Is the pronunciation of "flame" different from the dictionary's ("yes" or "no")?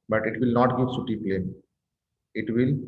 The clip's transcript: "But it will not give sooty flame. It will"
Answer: yes